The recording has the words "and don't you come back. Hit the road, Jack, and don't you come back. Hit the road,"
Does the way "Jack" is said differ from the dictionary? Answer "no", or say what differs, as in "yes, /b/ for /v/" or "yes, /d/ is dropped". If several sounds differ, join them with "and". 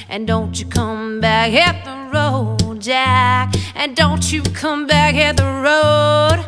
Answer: no